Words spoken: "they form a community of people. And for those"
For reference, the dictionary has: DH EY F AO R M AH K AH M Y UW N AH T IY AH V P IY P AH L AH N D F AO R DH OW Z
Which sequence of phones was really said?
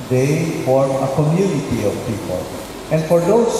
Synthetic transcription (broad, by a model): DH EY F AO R AH K AH M Y UW N AH T IY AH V P IY P AH L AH N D F AO R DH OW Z